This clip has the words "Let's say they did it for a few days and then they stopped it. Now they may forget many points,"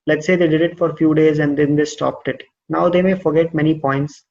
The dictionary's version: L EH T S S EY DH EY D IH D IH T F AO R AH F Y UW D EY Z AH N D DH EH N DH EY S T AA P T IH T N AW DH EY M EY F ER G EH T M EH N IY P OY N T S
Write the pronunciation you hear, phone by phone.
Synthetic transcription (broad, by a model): L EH T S S EY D EY D IH D IH T F AO R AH F Y UW D EY Z AH N D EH N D EY S T AA P T IH T N AW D EY M EY F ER G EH T M EH N IY P OY N T S